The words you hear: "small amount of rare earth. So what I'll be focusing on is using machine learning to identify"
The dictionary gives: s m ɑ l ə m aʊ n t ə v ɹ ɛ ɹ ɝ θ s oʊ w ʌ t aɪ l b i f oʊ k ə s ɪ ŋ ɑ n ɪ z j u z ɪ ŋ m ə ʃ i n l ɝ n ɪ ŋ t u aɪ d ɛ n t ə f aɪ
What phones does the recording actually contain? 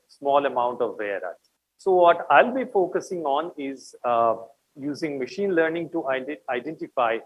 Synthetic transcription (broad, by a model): s m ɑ l ə m aʊ n t ə v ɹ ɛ ɹ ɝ t s oʊ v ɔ t aɪ l b i f oʊ k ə s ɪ ŋ ɑ n ɪ z j u z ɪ ŋ m ə ʃ i n l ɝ n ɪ ŋ t u aɪ d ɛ n t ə f aɪ